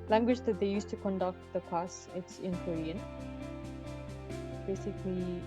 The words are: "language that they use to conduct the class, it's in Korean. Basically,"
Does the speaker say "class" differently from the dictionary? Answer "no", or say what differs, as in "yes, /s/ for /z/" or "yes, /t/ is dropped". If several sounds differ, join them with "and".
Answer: yes, /l/ is dropped